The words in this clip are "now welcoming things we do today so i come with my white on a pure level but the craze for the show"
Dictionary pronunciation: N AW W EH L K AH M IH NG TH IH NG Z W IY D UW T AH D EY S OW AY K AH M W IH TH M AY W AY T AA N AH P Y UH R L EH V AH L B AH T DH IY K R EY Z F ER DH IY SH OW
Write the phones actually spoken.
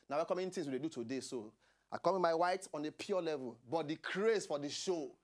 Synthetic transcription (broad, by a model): N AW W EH K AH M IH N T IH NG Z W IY D UW T AH D EY S OW AY K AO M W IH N M AY W AY T AA N AH P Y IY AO L EH V AH L B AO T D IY K R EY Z F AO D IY SH OW